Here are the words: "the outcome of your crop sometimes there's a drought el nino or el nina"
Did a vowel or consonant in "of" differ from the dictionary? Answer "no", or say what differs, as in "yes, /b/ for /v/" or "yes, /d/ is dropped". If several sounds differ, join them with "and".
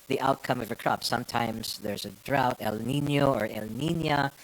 no